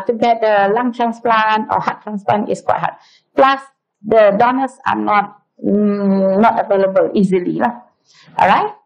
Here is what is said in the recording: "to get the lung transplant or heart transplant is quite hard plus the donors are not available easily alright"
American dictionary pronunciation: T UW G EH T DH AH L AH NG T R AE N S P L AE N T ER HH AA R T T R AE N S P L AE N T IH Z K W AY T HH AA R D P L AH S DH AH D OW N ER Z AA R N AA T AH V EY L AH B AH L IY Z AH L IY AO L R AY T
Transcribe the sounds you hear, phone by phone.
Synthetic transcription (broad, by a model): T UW G EH T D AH L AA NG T R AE N S P L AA N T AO HH AA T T R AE N S P L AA N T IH S K W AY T HH AA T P L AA S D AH D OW N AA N AA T N AA T AH V EY L AH B AH L IY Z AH L IY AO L R AY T